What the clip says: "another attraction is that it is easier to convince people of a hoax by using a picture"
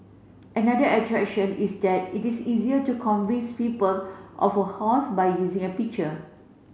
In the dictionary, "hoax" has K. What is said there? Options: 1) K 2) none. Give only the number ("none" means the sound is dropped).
2